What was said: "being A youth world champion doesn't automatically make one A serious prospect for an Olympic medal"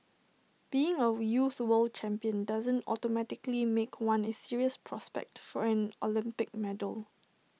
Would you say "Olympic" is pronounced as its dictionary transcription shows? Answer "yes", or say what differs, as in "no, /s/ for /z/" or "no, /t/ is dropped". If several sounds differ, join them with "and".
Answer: yes